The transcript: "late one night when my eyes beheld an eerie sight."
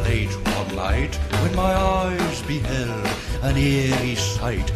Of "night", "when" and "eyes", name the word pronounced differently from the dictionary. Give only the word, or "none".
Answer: night